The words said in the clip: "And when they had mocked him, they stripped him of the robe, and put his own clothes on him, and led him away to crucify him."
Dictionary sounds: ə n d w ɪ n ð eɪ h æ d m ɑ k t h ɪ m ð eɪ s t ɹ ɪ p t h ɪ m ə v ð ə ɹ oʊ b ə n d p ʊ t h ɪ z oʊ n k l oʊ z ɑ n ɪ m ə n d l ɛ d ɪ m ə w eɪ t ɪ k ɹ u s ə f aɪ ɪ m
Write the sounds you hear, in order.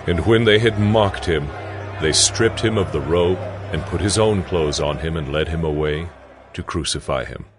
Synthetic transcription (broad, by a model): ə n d w ɪ n ð eɪ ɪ d m ɑ k t h ɪ m ð eɪ s t ɹ ɪ p t h ɪ m ə v ð ə ɹ oʊ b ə n p ʊ t h ɪ z oʊ n k l oʊ z n ɪ m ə n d l ɛ d ɪ m ə w eɪ t ɪ k ɹ u s ə f aɪ ɪ m